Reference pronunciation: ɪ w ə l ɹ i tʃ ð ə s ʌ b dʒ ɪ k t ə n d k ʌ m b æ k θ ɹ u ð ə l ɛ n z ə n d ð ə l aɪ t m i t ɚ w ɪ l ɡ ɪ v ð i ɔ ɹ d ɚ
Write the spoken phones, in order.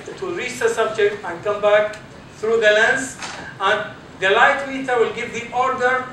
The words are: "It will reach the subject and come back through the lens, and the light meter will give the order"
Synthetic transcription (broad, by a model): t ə ɹ i tʃ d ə s ʌ b dʒ ɪ k t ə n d k ʌ m b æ k t ɹ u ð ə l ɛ n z ə n d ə l aɪ t m i t ɚ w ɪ l ɡ ɪ v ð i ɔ ɹ d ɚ